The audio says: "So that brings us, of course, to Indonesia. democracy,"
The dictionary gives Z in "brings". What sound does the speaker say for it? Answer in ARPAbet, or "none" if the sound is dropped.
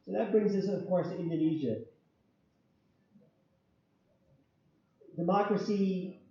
Z